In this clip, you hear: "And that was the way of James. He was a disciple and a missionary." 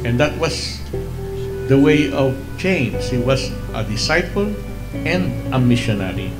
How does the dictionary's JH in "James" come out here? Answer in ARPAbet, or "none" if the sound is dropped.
CH